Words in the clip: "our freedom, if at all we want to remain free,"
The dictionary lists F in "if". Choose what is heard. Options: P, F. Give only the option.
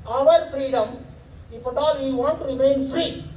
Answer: P